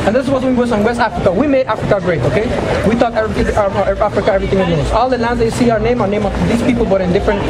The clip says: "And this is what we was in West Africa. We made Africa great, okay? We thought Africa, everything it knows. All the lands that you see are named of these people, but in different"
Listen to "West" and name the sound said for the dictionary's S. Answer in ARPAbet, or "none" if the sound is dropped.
S